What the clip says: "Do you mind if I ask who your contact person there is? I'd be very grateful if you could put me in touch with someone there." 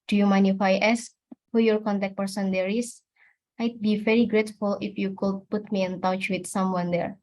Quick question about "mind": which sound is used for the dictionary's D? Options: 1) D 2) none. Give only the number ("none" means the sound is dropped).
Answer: 2